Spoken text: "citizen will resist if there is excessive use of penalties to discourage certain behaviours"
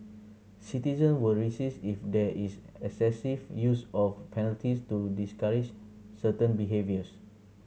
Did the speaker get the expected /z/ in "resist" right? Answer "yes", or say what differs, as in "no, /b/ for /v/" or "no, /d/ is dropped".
no, /s/ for /z/